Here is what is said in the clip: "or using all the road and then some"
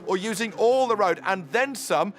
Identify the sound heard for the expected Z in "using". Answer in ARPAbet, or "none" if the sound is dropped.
Z